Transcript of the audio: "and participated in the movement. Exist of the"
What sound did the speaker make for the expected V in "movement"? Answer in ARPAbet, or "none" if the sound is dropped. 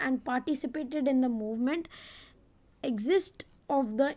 V